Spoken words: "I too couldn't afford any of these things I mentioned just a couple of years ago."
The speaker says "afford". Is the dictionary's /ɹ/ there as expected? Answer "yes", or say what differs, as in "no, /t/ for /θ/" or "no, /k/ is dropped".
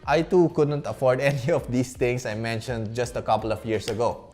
yes